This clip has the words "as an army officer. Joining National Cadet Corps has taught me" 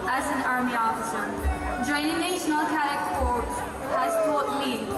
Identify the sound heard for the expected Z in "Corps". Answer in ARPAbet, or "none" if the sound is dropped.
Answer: S